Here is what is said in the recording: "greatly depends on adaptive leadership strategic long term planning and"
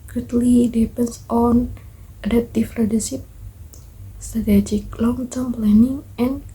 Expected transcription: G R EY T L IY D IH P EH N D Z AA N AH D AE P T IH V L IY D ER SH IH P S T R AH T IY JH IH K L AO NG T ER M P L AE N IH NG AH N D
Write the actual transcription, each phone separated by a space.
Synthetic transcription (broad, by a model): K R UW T L IY D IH P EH N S AA N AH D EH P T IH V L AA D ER S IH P S T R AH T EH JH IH K L AO NG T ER M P L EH N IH NG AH N